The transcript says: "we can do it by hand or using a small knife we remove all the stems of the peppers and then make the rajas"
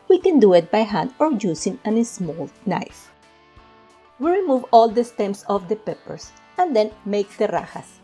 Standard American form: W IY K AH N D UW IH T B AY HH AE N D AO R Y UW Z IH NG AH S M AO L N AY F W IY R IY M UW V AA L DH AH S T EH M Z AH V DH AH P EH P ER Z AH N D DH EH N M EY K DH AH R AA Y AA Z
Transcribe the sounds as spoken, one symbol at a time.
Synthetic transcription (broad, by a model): W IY K AH N D UW IH T B AY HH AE N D AO R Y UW S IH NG AH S M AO L N AY F W IY R IY M UW V AA L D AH S T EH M S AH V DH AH P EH P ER S AH N D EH N M EY K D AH R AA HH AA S